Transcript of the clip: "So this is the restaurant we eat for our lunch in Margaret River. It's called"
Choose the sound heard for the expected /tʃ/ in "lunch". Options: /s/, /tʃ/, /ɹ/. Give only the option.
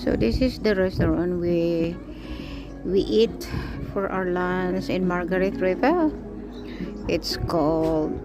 /s/